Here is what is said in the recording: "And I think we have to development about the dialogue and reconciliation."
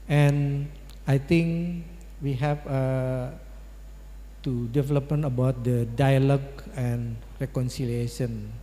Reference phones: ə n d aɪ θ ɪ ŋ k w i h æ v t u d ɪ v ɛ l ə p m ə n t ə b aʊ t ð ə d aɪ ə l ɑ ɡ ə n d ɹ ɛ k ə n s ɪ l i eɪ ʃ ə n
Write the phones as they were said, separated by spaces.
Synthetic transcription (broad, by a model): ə n aɪ t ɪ ŋ k w i h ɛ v t u d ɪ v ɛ l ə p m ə n ə b aʊ t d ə d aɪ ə l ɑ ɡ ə n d ɹ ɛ k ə n s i l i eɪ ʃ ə n